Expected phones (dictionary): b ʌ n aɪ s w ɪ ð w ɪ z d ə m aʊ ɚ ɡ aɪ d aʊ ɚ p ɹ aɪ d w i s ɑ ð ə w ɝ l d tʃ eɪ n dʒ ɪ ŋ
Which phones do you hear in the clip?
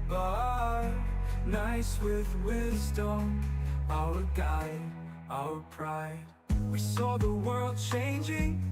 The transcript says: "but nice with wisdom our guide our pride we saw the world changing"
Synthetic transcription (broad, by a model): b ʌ n aɪ s w ɪ ð w ɪ z d ə m aʊ ɚ ɡ aɪ d aʊ ɚ p ɹ aɪ d w i s ɑ ð ə w ɝ l d tʃ eɪ n dʒ ɪ ŋ